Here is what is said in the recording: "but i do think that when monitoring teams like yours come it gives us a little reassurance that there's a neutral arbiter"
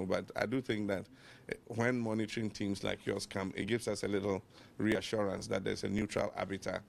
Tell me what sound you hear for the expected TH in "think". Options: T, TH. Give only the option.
TH